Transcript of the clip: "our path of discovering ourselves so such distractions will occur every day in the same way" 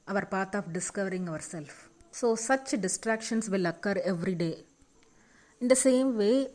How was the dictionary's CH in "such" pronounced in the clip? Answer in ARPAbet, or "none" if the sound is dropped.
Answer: CH